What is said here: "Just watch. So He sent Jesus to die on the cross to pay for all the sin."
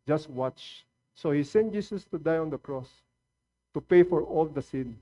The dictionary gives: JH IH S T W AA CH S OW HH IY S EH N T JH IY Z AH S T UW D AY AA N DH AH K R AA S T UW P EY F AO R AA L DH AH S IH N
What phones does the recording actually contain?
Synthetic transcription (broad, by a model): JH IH S T W AA CH S OW HH IY S EH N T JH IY S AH S T UW D AY AA N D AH K R AA S T UW P EY F AO R AA L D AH S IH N